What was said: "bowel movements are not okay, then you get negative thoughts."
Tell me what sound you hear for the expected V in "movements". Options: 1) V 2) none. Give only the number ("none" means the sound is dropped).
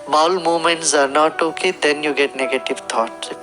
2